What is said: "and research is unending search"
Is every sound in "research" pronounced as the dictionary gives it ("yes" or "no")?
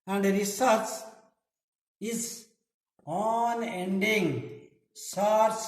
no